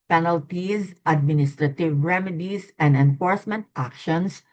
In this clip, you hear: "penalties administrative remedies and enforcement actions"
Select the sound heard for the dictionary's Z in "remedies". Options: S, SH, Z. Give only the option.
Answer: S